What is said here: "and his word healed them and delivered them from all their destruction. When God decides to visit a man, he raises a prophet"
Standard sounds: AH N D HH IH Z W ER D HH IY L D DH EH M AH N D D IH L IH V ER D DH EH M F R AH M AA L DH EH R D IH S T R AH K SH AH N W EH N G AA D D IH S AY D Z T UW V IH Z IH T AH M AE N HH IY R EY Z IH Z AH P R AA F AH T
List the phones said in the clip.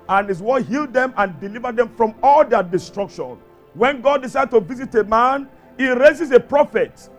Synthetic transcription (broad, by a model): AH N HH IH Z W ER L HH IY L D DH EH M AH N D D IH L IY V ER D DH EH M F R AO M AA L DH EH D IH S T R AH K SH AH N W EH N G AA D D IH S AY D T UW V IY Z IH T AH M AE N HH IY R EY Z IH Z AH P R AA F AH T